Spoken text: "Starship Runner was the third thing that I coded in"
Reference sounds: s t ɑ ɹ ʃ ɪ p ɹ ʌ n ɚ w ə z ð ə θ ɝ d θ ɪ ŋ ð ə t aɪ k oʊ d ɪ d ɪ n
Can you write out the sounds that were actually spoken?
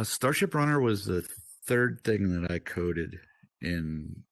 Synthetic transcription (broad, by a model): s t ɑ ɹ ʃ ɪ p ɹ ʌ n ɚ w ə z ð ə θ ɝ d θ ɪ ŋ ð ə t aɪ k oʊ d ɪ d ɪ n